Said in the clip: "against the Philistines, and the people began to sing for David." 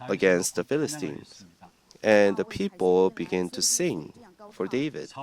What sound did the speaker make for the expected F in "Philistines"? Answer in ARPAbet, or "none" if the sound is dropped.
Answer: F